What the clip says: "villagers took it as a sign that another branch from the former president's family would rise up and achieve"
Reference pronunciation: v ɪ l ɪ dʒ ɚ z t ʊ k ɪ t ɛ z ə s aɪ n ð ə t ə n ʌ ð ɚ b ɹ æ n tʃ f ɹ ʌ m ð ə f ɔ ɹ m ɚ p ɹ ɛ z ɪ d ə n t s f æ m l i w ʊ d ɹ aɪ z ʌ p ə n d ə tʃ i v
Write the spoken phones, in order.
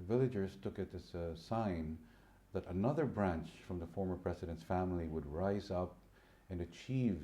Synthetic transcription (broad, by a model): v ɪ l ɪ dʒ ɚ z t ʊ k ɪ t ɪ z ə s aɪ n ð ə t ə n ʌ ð ɚ b ɹ æ n tʃ f ɹ ʌ m ð ə f ɔ ɹ m ɚ p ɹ ɛ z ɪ d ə n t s f æ m l i w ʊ d ɹ aɪ z ʌ p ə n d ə tʃ i v